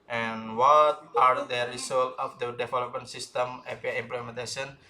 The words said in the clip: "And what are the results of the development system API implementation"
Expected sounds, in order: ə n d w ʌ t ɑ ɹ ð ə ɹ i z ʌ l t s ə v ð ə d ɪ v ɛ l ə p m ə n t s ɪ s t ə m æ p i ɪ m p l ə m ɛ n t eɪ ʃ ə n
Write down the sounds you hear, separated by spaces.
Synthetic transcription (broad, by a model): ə n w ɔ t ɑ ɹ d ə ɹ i s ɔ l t ə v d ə d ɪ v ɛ l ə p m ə n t s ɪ s t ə m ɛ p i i m p l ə m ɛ n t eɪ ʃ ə n